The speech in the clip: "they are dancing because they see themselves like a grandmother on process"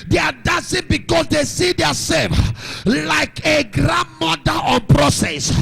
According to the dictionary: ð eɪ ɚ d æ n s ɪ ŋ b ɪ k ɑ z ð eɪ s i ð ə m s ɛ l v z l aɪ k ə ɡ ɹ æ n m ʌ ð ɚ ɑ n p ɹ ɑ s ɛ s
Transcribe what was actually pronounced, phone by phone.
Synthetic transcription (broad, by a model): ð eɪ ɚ d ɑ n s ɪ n b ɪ k ɑ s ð eɪ s i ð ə s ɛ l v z l aɪ k ə ɡ ɹ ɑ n m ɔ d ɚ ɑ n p ɹ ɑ s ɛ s